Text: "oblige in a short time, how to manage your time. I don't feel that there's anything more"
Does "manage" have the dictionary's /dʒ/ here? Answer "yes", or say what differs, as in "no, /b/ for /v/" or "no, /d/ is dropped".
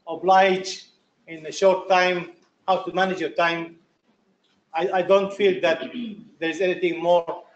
yes